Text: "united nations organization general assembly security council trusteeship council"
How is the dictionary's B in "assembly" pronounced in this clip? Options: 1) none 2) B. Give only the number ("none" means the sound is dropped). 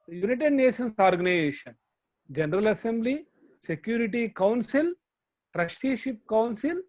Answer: 2